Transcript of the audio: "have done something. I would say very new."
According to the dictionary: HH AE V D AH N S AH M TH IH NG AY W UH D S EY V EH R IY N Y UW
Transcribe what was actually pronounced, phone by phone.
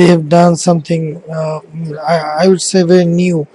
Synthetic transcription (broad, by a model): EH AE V D AH N S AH M T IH NG AY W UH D S EY V EH R IY N Y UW